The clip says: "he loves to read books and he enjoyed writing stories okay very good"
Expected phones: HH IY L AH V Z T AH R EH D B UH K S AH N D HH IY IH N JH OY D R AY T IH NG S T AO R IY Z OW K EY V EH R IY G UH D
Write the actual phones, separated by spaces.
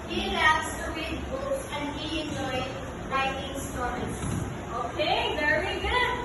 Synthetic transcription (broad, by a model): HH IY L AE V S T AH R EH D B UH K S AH N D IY IH N JH OY D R AY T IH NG S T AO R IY S OW K EY V EH R IY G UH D